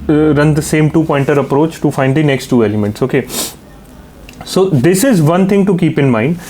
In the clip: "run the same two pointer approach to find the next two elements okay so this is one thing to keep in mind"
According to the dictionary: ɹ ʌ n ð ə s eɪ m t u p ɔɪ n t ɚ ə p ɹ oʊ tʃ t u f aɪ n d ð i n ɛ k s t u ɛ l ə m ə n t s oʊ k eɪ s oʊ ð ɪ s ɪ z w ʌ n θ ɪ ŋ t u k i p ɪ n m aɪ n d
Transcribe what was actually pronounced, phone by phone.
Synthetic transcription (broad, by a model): ɹ ʌ n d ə s eɪ m t u p ɔɪ n t ɚ ə p ɹ oʊ tʃ t u f aɪ n d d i n ɛ k s t u ɛ l ə m ə n t s oʊ k eɪ s oʊ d ɪ s ɪ z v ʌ n t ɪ ŋ t u k i p ɪ n m aɪ n d